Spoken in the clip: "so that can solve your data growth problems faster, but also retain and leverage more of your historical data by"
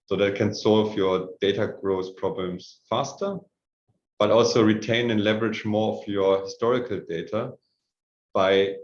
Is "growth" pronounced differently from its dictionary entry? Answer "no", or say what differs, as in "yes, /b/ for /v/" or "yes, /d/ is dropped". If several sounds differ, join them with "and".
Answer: yes, /s/ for /θ/